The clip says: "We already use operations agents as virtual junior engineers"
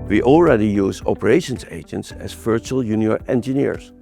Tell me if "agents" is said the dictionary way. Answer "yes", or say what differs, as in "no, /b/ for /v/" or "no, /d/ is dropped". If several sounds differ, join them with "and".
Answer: yes